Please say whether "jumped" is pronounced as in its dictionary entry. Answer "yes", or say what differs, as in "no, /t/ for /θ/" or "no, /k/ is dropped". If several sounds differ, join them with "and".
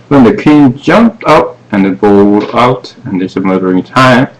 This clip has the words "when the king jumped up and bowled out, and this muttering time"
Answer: yes